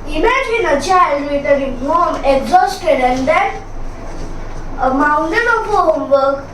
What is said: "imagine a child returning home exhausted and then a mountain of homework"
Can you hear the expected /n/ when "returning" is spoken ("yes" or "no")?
no